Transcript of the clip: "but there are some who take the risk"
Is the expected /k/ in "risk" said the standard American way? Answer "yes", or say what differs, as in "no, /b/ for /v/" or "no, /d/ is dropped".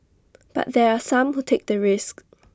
yes